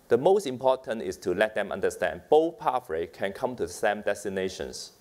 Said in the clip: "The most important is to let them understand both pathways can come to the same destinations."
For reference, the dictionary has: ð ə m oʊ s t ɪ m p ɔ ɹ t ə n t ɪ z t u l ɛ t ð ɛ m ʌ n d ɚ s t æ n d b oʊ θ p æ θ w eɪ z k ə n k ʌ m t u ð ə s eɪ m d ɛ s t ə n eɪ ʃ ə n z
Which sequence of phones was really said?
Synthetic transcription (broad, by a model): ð ə m oʊ s t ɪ m p ɔ t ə n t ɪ s t u l ɛ t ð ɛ m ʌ n d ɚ s t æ n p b oʊ p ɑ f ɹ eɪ k ə n k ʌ m t u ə s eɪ m d ɛ s t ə n eɪ ʃ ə n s